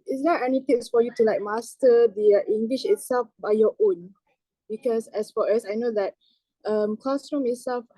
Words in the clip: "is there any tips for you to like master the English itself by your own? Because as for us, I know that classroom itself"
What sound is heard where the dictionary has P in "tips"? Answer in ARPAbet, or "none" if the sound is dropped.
none